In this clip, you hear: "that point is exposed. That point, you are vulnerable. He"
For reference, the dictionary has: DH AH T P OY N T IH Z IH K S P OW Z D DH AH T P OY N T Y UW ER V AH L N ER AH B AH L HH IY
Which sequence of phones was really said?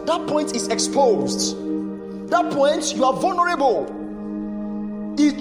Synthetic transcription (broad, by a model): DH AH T P OY N T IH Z IH K S P OW Z D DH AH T P OY N T Y UW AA V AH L N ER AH B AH L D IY